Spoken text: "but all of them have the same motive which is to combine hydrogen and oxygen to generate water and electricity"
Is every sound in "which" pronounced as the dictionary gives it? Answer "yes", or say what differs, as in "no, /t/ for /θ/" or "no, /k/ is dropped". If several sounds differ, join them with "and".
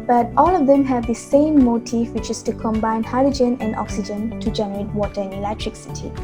yes